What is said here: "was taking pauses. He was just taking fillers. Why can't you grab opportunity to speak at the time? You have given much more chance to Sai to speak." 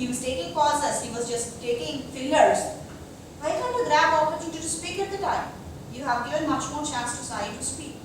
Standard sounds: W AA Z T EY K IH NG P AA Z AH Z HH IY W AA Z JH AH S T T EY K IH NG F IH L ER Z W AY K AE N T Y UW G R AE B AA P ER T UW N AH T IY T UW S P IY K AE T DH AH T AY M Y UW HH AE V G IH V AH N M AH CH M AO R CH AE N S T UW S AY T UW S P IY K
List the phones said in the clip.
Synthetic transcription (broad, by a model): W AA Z T EY K IH NG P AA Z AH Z HH IY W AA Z JH AH S T T EY K IH NG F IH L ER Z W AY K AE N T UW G R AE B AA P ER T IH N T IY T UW S P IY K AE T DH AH T AY M Y UW HH AE V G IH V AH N M AH CH M AO R CH AE N S T UW S AY T UW S P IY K